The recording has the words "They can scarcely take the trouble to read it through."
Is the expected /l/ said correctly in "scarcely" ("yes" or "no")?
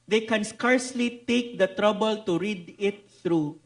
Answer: yes